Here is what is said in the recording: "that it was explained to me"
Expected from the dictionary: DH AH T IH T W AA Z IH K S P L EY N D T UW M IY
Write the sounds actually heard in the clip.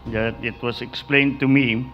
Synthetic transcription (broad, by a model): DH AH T IH T W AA S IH K S P L EY N T UW M IY